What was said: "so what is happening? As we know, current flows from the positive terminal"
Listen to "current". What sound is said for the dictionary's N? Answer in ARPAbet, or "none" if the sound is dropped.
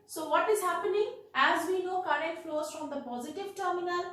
none